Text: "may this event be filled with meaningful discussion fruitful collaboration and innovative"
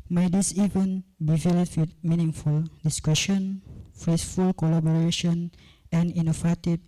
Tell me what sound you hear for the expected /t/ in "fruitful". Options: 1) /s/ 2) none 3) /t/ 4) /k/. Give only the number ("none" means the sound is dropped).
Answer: 1